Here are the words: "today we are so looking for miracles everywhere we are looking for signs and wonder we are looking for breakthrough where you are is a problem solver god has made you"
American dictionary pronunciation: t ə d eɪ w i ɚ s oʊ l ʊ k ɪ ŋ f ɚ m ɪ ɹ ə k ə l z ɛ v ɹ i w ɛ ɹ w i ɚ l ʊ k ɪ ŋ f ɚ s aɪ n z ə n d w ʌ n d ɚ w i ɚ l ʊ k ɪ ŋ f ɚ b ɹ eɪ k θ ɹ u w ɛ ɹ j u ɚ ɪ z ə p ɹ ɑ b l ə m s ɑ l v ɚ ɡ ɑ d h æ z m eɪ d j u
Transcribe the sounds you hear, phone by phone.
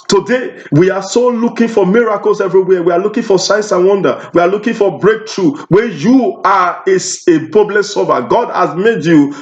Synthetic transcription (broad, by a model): t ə d eɪ w i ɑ s oʊ l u k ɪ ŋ f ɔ m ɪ ɹ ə k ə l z ɛ v ɹ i w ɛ w i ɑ l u k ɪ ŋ f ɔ s aɪ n s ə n w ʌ n d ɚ w i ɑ l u k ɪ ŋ f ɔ b ɹ eɪ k t ɹ u w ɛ j u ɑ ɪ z ə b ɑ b l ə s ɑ v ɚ ɡ ɑ d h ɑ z m eɪ d j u